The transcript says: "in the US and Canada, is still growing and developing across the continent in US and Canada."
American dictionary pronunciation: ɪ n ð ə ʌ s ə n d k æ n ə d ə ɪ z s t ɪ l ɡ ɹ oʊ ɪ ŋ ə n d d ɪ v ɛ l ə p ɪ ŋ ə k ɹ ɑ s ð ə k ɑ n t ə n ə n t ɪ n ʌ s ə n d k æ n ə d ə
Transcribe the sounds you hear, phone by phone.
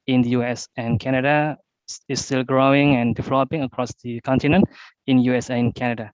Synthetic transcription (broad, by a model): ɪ n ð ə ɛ s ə n k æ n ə d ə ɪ s t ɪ l ɡ ɹ oʊ ɪ ŋ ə n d d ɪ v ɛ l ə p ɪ ŋ ə k ɹ ɑ s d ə k ɑ n t ə n ə n t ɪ n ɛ s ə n k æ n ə d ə